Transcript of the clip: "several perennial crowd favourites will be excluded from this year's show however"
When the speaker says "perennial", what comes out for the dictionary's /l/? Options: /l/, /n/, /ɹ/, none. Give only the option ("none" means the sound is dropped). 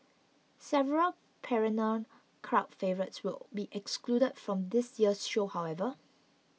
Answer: /n/